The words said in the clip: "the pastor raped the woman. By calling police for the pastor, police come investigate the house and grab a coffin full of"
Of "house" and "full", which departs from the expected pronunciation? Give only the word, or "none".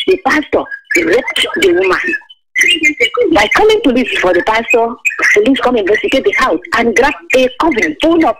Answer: full